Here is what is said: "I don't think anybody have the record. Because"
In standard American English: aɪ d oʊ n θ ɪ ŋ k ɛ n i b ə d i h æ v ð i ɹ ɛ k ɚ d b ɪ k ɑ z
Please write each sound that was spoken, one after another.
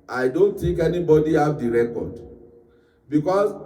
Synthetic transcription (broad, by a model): aɪ d oʊ n t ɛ k ɛ n i b ə d i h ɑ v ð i ɹ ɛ k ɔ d b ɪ k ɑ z